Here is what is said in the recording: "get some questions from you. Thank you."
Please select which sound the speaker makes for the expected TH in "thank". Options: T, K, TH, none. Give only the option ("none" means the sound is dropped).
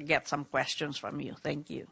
TH